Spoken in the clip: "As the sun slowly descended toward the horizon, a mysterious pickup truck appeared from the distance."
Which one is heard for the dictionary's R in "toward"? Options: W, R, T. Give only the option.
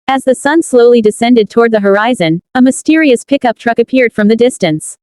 R